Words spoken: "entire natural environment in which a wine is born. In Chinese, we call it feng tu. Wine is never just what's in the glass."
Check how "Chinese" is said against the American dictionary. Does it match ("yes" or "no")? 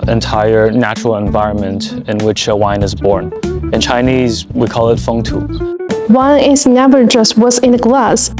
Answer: yes